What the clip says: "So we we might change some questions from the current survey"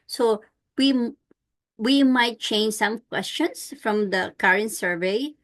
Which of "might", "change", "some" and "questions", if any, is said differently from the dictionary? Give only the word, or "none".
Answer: questions